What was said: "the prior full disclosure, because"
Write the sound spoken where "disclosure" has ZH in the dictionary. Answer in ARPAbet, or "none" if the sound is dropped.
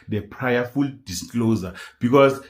Z